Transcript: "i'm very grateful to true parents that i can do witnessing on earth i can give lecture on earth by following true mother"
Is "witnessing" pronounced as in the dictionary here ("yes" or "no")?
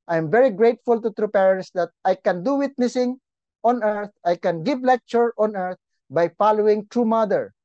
yes